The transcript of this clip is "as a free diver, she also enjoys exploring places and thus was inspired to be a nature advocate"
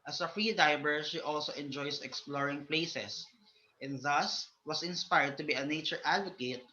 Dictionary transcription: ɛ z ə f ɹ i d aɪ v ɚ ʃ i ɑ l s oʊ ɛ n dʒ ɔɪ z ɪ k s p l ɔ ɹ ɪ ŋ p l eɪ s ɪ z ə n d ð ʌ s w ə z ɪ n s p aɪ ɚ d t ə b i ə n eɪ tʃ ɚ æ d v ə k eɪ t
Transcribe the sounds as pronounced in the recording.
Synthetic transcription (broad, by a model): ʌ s ə f ɹ i d aɪ b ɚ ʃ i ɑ l s oʊ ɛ n dʒ ɔɪ s ɪ k s p l ɔ ɹ ɪ ŋ p l eɪ s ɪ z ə n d ð ʌ s w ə s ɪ n s p aɪ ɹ d t ə b i ə n eɪ tʃ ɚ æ d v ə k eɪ t